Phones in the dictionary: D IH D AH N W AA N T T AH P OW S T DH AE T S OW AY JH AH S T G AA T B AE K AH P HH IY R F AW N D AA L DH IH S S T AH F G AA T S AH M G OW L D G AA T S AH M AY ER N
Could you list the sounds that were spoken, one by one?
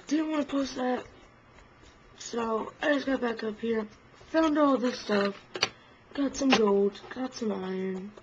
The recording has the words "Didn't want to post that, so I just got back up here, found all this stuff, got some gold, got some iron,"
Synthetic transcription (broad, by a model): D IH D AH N W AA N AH P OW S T DH AE T S OW AY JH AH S G AA T B AE K AH P HH IY R F AW N D AA L DH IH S S T AH F G AA T S AH M G OW L D G AA T S AH M AY ER N